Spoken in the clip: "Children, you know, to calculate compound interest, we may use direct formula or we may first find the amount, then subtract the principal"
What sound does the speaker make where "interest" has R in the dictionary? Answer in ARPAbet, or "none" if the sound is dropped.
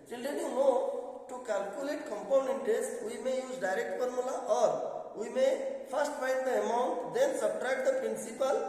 none